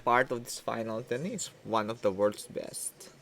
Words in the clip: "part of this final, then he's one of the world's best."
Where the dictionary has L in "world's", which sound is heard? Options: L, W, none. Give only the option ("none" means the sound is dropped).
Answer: none